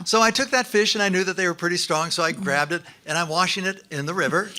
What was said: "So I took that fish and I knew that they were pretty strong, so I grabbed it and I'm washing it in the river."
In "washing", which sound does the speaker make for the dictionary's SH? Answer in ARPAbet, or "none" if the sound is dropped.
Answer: SH